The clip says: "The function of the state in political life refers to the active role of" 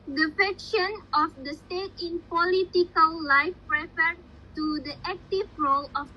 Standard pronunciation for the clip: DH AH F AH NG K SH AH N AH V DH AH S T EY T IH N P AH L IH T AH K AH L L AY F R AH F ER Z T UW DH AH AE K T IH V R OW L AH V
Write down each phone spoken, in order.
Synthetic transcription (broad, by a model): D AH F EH K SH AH N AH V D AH S T EY T IH N P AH L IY T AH K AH L L AY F R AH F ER T UW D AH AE K T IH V R OW L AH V